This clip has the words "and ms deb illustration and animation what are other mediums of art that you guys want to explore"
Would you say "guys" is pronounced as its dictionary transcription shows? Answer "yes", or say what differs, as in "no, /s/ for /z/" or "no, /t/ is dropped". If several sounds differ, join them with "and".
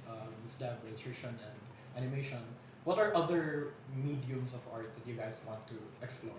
no, /s/ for /z/